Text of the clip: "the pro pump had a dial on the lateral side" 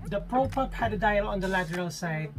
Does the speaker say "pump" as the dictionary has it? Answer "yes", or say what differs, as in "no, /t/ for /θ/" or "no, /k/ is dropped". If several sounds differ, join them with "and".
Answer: no, /m/ is dropped